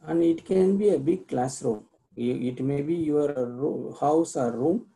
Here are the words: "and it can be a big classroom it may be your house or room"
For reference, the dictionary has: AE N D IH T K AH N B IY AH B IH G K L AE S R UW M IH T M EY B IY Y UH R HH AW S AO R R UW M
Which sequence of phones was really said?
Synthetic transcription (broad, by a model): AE N D IH T K AH N B IY AH B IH G K L AE S R UW M IH T M EY B IY Y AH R HH AW S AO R R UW M